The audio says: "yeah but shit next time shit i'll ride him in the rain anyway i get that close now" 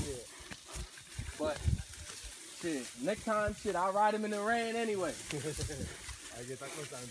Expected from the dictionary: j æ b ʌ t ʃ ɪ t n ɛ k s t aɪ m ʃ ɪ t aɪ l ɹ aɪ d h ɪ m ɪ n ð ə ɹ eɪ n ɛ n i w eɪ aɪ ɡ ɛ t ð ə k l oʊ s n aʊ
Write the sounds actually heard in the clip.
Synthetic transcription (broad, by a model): j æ b ʌ t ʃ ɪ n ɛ k t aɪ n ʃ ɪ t aɪ l ɹ aɪ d h ɪ m ɪ n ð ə ɹ eɪ n ɛ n i w eɪ aɪ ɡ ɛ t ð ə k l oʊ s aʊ